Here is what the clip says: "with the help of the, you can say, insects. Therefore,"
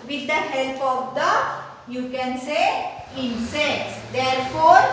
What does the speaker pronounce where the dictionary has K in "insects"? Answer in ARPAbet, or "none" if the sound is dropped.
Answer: none